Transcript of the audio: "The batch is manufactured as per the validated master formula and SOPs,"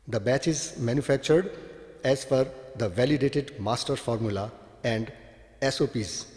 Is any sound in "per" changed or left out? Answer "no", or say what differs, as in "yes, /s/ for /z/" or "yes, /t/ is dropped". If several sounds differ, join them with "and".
yes, /f/ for /p/